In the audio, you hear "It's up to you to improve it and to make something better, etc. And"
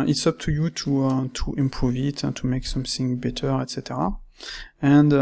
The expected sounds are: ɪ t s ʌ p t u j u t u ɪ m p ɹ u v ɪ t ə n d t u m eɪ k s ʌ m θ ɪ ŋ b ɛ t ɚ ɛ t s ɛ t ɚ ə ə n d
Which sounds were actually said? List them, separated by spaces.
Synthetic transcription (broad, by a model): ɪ t s ʌ p t u j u t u ɪ m p ɹ u v ɪ t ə n t u m eɪ k s ʌ m θ ɪ ŋ b ɛ t ɚ ɛ t s ɛ t ɚ ə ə n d